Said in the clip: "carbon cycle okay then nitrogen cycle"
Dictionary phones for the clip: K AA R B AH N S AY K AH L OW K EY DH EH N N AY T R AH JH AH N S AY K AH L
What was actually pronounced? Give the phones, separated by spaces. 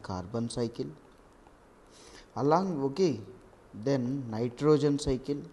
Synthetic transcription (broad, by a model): K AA R B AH N S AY K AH L OW K EY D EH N N AY T R AH JH AH N S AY K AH L